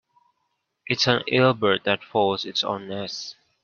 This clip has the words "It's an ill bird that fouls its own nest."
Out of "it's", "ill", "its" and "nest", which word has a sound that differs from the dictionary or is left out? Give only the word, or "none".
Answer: nest